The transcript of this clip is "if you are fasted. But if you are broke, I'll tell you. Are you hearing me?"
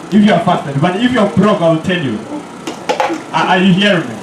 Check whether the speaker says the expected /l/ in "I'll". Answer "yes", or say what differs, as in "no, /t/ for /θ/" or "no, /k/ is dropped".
yes